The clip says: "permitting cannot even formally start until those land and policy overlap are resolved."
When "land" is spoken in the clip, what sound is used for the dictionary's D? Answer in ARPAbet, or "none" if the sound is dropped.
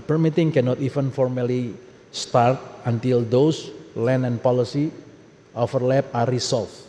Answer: none